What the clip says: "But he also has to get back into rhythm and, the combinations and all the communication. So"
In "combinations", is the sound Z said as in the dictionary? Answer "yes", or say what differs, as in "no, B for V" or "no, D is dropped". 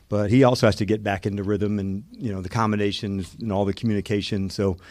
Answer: yes